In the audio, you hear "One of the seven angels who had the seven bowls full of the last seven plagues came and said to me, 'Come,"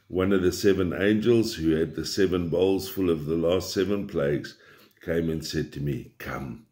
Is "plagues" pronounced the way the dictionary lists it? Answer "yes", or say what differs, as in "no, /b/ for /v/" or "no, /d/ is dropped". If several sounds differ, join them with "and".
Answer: yes